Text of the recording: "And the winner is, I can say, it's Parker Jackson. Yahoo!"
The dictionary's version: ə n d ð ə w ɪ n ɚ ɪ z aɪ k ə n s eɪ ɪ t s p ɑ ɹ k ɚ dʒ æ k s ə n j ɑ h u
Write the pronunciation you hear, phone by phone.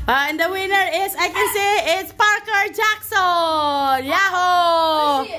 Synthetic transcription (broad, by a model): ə n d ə w ɪ n ɚ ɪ s aɪ k ə n s eɪ ɪ t s p ɑ ɹ k ɚ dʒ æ k s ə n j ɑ h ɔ